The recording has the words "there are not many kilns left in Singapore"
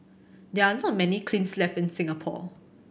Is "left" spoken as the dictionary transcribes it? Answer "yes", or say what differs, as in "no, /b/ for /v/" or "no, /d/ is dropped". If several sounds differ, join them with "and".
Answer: no, /t/ is dropped